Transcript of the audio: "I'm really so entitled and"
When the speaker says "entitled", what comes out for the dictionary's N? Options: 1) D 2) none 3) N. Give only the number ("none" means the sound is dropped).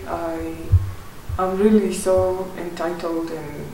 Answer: 3